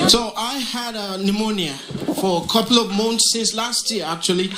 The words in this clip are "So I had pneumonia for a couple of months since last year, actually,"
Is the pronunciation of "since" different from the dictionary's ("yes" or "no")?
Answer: no